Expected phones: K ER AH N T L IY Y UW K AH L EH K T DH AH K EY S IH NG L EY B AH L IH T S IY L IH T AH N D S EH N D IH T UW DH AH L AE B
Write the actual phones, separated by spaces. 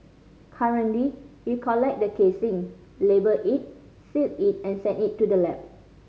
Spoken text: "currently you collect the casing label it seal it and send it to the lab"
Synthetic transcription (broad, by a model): K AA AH N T L IY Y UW K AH L EH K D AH K EY S IH NG L EY B AH IH T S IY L IH T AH N S EH N IH T UW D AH L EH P